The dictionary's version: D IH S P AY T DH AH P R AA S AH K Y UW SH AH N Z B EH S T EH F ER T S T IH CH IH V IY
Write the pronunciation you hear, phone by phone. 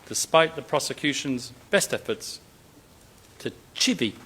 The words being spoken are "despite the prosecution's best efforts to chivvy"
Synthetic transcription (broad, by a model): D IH S P AY T DH AH P R AA S AH K Y UW SH AH N Z B EH S T EH F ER T S T IH CH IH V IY